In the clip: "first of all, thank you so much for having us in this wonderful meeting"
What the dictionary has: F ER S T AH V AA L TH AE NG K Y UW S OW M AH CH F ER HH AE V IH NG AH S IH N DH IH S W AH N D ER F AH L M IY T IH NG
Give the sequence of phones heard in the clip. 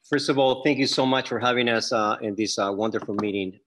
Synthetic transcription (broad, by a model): F ER S T AH V AA L TH AE NG K Y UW S OW M AH CH F ER HH AE V IH NG AH S IH N DH IH S W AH N D ER F L M IY T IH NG